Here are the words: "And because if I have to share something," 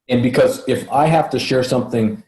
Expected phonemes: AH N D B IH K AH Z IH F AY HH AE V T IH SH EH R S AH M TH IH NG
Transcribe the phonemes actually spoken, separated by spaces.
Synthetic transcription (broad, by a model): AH N B IH K AH Z IH F AY HH AE F T IH SH EH R S AH M TH IH NG